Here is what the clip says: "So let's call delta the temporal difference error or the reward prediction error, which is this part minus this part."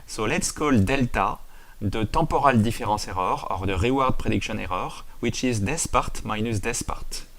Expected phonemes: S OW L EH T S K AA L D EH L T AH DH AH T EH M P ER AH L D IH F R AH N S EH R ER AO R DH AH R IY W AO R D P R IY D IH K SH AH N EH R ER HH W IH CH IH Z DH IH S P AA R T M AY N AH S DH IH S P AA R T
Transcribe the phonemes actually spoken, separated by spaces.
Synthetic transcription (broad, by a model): S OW L EH T S K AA L D EH L T AH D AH T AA P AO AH L D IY F R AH S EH R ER AO R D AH R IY W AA R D P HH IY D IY K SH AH N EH R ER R W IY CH IH Z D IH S P AA R T M AY N AH S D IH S P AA R T